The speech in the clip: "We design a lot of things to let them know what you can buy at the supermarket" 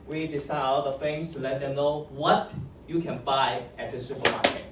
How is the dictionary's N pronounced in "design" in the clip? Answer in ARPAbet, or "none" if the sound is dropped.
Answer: none